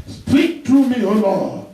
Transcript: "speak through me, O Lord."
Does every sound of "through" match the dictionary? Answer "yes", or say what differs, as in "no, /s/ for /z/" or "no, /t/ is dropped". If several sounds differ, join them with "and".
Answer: no, /t/ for /θ/